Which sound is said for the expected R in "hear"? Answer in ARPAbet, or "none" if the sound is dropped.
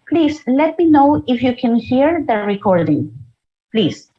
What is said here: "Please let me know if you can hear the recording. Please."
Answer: R